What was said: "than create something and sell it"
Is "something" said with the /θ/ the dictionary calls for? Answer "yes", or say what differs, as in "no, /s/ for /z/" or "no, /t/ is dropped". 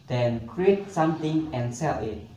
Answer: no, /t/ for /θ/